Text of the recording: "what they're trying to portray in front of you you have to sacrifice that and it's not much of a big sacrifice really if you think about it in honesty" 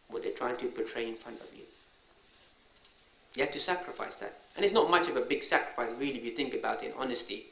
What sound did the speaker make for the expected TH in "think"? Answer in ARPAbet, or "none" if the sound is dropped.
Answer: TH